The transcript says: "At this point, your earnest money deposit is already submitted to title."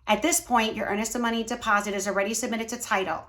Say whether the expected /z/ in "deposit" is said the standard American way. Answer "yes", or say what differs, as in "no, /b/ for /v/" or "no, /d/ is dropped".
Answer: yes